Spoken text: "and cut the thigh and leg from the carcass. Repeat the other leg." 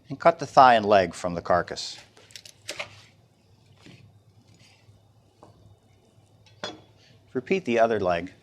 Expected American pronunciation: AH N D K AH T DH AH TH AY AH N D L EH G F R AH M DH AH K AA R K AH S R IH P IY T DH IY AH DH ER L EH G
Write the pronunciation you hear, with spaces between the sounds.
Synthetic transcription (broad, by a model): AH N K AH T DH AH TH AY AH N L EH G F R AH M DH AH K AA R K AH S R IH P IY T DH IY AH DH ER L EH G